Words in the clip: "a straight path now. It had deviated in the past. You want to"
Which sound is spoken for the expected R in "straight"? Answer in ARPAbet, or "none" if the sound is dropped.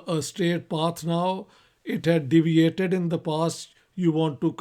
none